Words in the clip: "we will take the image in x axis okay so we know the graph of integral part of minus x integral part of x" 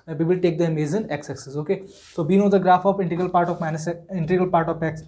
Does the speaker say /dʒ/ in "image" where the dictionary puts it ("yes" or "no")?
no